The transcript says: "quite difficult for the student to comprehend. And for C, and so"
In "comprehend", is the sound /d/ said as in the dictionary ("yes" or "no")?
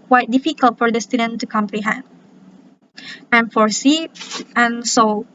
yes